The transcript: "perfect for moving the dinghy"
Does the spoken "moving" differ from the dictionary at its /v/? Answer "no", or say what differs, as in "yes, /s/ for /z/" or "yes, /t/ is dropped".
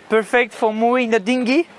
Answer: yes, /v/ is dropped